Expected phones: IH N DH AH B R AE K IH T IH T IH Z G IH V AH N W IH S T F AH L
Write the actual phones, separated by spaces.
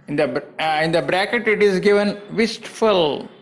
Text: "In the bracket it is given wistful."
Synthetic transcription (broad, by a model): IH N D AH B R AE K IH T IH T IH Z G IH V AH N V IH S T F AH L